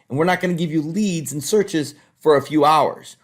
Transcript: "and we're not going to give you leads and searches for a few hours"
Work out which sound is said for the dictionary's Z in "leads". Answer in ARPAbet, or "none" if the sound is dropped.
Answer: Z